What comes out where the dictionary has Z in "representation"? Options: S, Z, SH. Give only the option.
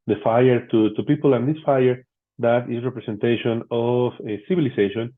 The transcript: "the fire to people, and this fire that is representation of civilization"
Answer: S